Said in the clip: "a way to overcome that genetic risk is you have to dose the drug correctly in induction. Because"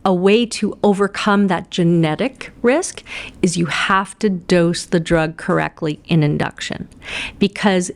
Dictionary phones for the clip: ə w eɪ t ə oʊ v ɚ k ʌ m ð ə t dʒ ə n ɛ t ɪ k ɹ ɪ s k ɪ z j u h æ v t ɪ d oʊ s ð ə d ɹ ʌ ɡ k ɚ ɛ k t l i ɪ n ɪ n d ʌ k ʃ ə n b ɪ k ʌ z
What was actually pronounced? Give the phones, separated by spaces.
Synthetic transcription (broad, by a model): ə w eɪ t ə oʊ v ɚ k ʌ m ð ə t dʒ ə n ɛ t ɪ k ɹ ɪ s k ɪ z j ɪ h æ f t ɪ d oʊ s ð ə d ɹ ʌ ɡ k ɚ ɛ k t l i ɪ n ɪ n d ʌ k ʃ ə n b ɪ k ʌ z